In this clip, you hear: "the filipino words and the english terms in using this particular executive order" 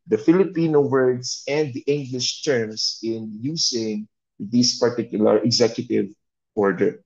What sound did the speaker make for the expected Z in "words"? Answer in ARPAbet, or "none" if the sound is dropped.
S